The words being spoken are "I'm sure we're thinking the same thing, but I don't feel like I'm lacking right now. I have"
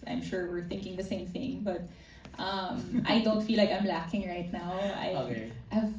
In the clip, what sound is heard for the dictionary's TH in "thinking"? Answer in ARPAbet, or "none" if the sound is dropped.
TH